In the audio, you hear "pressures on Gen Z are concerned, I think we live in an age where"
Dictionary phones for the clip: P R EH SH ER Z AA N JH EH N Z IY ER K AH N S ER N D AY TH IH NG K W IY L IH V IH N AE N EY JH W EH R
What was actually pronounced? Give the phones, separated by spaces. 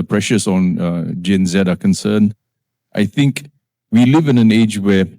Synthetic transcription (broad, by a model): P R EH SH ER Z AA N JH EH N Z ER K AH N S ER N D AY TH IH NG K W IY L IH V IH N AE N EY JH W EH